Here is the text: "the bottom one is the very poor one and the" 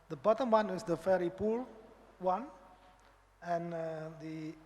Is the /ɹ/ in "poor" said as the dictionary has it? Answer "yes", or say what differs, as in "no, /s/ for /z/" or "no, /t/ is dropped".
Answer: no, /l/ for /ɹ/